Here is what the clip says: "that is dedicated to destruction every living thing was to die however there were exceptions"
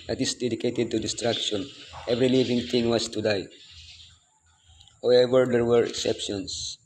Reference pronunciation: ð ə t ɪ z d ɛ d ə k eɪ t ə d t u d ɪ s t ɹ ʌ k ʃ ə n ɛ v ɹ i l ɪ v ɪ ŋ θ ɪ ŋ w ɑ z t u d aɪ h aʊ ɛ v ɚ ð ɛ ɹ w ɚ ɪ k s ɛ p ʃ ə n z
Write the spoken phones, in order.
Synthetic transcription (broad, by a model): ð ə t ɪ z d ɛ d ə k eɪ t ə d t u d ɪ s t ɹ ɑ k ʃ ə n ɛ v ɹ i l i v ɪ ŋ t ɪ ŋ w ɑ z t u d aɪ h aʊ ɛ v ɚ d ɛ ɹ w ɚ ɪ k s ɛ p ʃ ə n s